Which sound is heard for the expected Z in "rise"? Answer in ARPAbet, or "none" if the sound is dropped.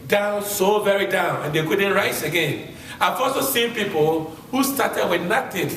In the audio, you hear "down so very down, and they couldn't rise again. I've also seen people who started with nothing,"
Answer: S